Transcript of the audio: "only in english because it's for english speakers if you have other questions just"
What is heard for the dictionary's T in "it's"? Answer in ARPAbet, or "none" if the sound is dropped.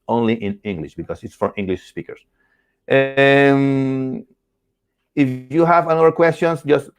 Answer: T